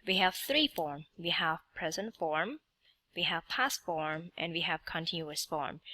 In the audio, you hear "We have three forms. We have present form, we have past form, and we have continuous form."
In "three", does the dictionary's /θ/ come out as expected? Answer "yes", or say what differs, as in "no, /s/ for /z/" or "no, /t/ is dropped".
yes